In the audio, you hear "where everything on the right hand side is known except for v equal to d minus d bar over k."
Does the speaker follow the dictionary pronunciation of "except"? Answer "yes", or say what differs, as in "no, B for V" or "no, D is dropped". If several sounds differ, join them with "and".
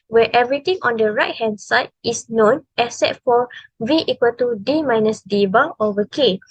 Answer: no, K is dropped and P is dropped